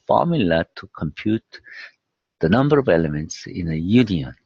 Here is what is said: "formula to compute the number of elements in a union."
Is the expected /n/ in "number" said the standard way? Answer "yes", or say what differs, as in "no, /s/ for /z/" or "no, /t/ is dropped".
yes